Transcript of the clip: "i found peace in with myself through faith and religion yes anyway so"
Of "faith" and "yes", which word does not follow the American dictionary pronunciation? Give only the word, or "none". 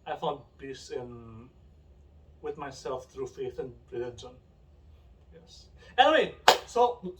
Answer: none